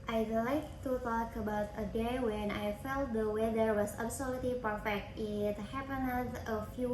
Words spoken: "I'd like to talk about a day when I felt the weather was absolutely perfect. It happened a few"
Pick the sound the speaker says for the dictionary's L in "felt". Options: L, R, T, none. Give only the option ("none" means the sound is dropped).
L